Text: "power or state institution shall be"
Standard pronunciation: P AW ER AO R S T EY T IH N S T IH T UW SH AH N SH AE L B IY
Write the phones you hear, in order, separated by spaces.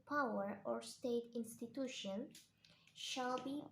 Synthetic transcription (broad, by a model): P AW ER AO R S T EY T IH N S T IH T UW SH AH N SH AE L B IY